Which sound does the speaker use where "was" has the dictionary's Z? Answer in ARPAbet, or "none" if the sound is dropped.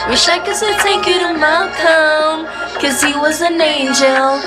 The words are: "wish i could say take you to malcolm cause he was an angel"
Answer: Z